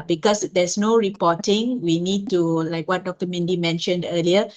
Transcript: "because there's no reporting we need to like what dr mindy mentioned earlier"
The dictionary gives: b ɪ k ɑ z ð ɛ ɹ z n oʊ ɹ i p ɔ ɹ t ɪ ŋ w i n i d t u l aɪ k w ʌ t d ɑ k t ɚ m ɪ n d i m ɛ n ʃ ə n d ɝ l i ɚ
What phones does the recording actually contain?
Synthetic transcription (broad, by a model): b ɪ k ɑ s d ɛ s n oʊ ɹ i p ɔ t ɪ ŋ w i n i d t u l aɪ k w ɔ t d ɑ k t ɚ m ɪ n d i m ɛ n ʃ ə n d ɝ l i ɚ